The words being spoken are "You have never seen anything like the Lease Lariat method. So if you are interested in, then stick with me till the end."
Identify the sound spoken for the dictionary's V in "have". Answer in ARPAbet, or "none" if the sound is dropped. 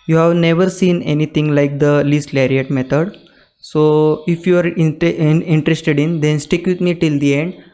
V